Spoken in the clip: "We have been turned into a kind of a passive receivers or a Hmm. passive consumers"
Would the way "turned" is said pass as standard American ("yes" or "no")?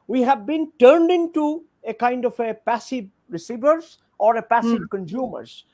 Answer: yes